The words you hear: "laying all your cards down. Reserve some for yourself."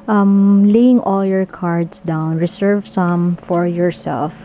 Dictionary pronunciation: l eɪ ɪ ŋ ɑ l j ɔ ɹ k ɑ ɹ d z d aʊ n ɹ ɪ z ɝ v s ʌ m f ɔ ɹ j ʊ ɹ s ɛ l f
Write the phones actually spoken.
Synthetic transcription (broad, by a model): l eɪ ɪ ŋ ɑ l j ɔ ɹ k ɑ ɹ d s d aʊ n ɹ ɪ s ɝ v s ʌ m f ɔ ɹ j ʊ ɹ s ɛ l f